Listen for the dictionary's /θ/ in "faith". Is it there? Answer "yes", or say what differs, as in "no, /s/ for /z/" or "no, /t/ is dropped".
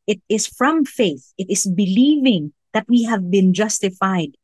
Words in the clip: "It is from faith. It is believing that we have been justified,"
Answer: yes